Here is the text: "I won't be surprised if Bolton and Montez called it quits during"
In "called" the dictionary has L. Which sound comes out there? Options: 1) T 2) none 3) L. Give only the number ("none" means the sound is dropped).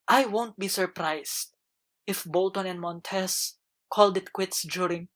3